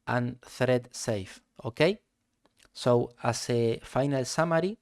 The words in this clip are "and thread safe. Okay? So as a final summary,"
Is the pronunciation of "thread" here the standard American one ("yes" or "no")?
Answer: yes